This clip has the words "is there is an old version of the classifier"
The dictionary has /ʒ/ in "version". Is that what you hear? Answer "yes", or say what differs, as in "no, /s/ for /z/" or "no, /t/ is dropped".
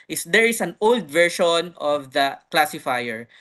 no, /ʃ/ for /ʒ/